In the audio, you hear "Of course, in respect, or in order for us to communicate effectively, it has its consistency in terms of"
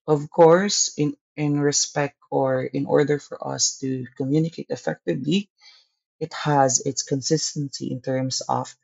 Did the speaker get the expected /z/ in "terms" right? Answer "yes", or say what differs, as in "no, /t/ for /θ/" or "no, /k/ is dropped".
no, /s/ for /z/